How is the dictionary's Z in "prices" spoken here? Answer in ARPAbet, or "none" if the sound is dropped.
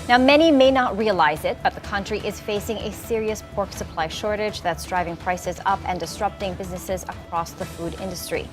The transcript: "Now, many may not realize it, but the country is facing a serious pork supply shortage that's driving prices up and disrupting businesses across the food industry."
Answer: Z